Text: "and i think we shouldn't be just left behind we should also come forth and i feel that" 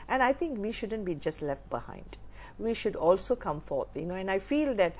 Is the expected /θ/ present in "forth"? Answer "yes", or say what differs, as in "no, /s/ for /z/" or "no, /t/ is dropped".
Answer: no, /t/ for /θ/